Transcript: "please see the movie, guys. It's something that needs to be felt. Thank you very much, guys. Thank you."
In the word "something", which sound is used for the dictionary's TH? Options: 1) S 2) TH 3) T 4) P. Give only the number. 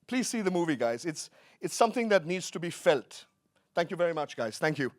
2